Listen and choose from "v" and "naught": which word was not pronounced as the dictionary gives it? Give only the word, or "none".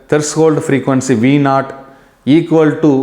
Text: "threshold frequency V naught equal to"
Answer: none